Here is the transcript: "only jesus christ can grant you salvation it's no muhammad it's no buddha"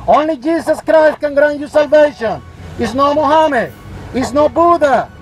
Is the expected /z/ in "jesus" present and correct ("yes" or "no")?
no